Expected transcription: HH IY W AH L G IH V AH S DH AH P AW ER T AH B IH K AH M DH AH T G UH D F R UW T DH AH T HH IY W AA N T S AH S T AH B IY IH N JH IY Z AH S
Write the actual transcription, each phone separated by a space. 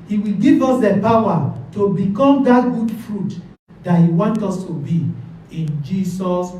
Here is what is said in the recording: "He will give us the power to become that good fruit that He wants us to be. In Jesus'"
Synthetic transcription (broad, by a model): HH IY W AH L G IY V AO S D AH P AW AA T AH B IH K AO M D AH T G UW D F R UW T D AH T HH IY W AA N T AO S T AH B IY IH N JH IY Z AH S